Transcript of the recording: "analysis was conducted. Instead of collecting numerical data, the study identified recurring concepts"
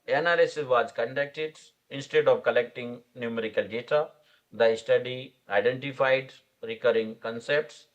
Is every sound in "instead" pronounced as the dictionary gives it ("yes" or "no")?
yes